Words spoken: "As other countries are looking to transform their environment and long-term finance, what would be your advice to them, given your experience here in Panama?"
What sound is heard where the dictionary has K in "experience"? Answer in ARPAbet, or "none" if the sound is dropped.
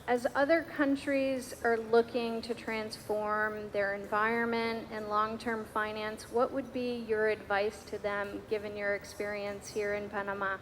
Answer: K